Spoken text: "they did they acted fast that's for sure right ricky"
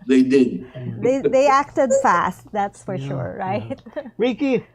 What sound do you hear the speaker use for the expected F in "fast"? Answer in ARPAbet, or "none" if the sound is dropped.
F